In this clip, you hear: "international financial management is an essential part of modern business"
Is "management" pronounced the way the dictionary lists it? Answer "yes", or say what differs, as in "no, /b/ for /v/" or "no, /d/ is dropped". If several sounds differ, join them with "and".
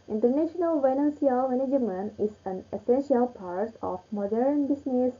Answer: no, /t/ is dropped